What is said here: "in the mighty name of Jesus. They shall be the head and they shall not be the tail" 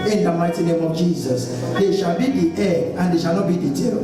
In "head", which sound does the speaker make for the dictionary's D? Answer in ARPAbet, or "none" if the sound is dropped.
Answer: none